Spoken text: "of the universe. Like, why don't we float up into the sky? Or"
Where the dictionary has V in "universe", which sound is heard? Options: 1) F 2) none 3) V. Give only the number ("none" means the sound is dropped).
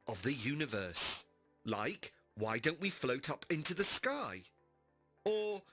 3